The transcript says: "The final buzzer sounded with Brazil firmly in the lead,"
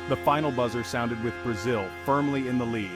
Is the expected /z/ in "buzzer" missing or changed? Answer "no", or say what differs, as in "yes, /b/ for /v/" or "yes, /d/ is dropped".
no